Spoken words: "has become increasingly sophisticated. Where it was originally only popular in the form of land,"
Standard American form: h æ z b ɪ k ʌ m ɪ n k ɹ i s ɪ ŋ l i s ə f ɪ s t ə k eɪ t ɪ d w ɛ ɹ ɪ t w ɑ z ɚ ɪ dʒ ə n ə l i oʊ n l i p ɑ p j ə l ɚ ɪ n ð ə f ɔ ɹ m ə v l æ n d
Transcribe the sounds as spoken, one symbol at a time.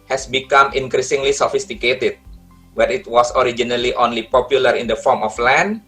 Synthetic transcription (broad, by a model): h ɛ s b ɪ k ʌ m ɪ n k ɹ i s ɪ ŋ l i s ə f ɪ s t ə k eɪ t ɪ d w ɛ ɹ ɪ t w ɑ s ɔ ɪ dʒ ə n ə l i oʊ n l i p ɑ p j ə l ɚ ɪ n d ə f ɔ ɹ m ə f l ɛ n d